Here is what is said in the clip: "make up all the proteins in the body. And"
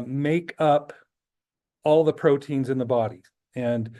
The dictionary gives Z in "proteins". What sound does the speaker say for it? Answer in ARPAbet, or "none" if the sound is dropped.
Z